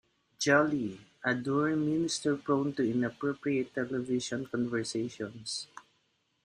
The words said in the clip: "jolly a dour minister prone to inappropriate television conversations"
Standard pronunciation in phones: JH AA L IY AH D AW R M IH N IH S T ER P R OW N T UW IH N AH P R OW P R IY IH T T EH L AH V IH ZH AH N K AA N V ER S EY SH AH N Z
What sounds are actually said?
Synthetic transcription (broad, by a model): JH AA L IY AH D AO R M IH N IH S T ER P R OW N T UW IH N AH P R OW P R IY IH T T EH L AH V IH SH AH N K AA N V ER S EY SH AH N S